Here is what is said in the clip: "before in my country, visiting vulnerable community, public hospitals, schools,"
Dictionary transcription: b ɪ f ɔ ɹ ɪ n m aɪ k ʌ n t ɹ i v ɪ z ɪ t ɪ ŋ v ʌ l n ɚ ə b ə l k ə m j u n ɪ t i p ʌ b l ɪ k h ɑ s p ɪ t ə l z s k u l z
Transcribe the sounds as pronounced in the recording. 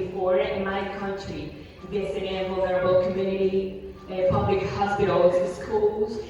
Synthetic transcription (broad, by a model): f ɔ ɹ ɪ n m aɪ k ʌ n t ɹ i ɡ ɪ s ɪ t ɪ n v ʌ l n ɚ ə b ə l k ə m j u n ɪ t i p ʌ b l ɪ k h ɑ s p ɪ t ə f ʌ s k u l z